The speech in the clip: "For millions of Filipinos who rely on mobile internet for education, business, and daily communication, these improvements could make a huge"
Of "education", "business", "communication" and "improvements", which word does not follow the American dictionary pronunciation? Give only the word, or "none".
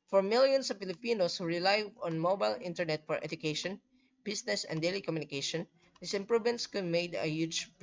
business